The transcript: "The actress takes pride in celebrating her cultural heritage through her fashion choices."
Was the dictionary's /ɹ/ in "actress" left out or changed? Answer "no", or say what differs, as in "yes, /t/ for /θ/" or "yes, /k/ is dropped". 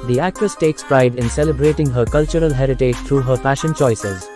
yes, /ɹ/ is dropped